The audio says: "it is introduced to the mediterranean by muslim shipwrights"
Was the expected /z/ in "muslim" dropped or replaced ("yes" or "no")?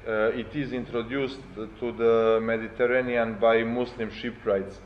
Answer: yes